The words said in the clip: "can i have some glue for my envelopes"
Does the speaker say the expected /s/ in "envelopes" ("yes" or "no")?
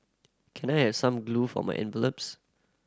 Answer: yes